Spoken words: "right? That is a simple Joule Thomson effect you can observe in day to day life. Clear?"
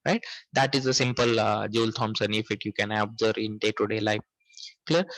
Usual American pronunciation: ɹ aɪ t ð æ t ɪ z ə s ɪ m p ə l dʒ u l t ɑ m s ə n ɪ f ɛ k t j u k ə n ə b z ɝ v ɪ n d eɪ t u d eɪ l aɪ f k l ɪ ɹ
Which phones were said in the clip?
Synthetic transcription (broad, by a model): ɹ aɪ t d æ t ɪ z ə s ɪ m p ə l dʒ u l t ɑ m s ə n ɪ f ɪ t j u k ə n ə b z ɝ ɪ n d eɪ t u d eɪ l aɪ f k l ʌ ɹ